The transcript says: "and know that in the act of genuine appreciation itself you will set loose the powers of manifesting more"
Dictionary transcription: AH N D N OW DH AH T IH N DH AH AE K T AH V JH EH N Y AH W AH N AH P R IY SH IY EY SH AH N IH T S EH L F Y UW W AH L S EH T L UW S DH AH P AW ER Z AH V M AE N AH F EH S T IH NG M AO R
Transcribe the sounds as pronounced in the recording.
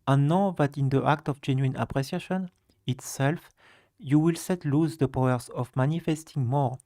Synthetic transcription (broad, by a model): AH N N OW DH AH T IH N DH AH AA K T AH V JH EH N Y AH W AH N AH P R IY S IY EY SH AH N IH T S EH L F Y UW W AH L S EH T L UW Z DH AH P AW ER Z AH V M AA N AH F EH S T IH NG M AO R